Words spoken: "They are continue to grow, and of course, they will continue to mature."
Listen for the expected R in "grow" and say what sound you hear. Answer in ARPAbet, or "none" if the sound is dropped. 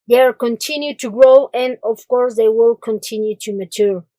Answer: R